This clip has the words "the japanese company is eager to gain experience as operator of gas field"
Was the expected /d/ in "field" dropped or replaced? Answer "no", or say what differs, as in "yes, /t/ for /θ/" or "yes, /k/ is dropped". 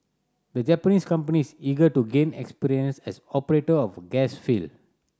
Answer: yes, /d/ is dropped